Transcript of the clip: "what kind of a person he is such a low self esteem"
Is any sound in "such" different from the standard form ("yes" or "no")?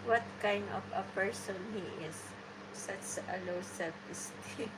yes